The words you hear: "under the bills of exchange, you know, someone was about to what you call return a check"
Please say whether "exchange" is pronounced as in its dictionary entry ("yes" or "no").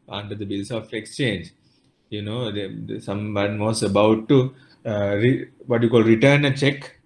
yes